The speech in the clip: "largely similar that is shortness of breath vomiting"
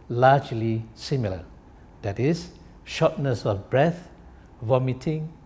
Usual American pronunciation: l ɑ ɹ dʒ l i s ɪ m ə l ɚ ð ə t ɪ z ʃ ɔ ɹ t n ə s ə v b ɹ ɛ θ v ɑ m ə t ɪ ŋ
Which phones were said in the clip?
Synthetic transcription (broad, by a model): l ɑ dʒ l i s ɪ m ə l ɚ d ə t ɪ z ʃ ɔ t n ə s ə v b ɹ ɛ θ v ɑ m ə t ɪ ŋ